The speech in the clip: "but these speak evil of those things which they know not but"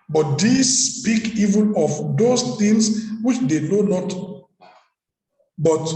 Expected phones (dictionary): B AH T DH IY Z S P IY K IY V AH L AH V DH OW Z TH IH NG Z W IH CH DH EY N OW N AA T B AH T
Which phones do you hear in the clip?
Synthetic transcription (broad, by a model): B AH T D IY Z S P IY K IY V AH N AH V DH OW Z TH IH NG S W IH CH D EY N OW N AA T B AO T